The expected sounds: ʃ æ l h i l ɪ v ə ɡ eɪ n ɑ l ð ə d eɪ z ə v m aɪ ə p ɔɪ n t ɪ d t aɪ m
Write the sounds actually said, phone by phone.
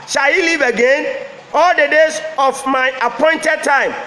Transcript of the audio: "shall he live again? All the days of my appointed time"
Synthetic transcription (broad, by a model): ʃ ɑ l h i l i v ə ɡ eɪ n ɑ l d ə d eɪ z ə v m aɪ ə p ɔɪ n t ɪ d t aɪ m